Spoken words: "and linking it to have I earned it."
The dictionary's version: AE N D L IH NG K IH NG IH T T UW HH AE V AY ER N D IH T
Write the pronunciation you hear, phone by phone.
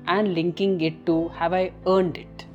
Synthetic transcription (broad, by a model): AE N D L IH NG K IH NG IH T T UW HH AE V AY ER N D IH T